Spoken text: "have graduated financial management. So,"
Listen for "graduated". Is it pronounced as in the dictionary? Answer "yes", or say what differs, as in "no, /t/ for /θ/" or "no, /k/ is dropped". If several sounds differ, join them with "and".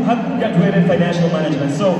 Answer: no, /ɹ/ is dropped